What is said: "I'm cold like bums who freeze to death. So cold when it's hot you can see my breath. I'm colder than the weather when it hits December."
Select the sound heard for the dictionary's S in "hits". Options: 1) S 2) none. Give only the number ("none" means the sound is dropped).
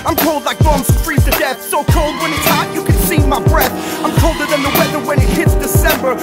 1